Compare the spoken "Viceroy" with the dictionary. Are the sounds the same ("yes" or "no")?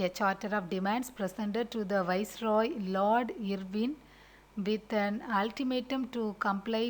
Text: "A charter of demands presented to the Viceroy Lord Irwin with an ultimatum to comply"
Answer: yes